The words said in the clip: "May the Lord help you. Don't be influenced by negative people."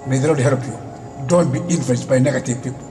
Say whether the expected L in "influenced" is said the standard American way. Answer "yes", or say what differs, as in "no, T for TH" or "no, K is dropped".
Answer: no, L is dropped